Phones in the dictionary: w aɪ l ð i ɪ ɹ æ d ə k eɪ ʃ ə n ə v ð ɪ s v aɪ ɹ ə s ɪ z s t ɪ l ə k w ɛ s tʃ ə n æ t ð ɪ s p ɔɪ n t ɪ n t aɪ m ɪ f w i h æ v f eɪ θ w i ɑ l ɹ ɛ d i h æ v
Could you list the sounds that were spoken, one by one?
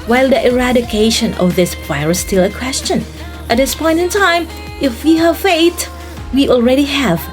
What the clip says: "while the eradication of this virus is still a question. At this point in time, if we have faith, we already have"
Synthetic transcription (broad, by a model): w aɪ l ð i ɪ ɹ æ d ə k eɪ ʃ ə n ə v ð ɪ s p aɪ ɹ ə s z s t ɪ l ə k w ɛ s tʃ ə n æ t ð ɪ s p ɔɪ n t ɪ n t aɪ m ɪ f w i h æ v f eɪ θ w i ɑ l ɹ ɛ d i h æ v